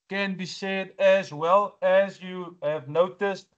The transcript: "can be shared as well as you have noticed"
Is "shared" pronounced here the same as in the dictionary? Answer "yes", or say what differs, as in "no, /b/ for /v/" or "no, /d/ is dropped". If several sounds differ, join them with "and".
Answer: no, /s/ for /ʃ/